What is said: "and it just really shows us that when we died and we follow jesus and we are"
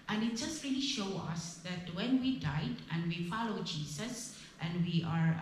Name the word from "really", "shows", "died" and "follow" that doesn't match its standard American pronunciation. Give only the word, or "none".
shows